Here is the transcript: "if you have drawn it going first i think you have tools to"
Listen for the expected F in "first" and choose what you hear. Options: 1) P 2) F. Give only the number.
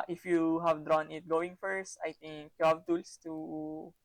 2